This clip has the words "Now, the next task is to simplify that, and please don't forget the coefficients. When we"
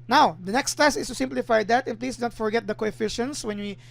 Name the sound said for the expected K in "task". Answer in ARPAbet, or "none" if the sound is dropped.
none